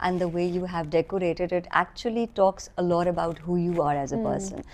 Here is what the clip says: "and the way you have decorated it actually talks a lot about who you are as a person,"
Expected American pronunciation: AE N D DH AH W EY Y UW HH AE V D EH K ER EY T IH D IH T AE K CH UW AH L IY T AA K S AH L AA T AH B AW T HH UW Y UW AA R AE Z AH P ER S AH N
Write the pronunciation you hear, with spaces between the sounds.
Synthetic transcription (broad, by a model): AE N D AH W EY Y UW HH AE V D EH K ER EY T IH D IH T AE K CH UW AH L IY T AA K S AH L AA T AH B AW T HH UW Y UW AA R AE Z AH P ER S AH N